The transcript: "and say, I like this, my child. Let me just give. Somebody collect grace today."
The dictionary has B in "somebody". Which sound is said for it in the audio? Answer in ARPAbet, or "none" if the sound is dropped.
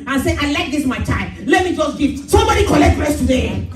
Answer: B